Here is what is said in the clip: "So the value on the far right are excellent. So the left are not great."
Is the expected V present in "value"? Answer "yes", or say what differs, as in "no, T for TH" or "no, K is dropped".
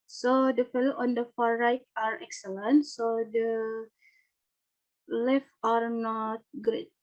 no, F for V